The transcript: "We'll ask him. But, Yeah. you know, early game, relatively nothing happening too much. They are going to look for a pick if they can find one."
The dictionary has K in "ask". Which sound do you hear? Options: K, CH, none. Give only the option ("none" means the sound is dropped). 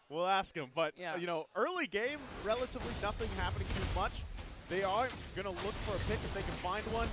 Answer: K